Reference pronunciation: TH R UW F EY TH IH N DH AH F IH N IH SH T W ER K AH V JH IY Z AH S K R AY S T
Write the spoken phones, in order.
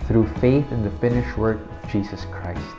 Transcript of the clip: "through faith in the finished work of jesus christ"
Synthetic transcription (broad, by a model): TH R UW F EY TH IH N DH AH F IH N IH SH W ER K AH V JH IY Z AH S K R AY S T